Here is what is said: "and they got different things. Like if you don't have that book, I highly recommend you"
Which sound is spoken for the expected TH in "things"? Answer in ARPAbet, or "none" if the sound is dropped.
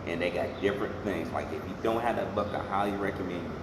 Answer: TH